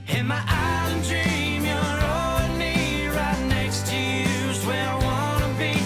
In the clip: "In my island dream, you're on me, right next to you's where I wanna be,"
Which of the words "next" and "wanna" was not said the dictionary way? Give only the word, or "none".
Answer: none